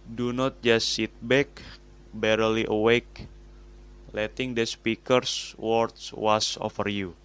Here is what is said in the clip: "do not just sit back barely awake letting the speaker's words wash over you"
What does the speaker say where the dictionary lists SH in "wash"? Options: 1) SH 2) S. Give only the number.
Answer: 2